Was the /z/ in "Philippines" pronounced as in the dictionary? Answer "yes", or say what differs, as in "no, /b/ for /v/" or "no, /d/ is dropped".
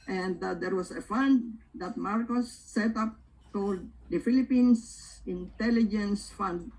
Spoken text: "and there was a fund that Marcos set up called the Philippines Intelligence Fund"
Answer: no, /s/ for /z/